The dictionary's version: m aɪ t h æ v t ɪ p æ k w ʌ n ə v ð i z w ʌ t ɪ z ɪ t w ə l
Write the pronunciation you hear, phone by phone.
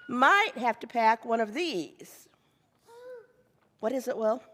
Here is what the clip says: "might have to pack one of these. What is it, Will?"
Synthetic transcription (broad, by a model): m aɪ t h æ f t ɪ p æ k w ʌ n ə v ð i z w ʌ t ɪ z ɪ t w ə l